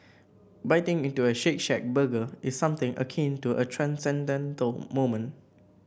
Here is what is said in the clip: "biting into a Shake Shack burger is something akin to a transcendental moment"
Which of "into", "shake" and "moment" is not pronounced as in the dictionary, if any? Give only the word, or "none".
moment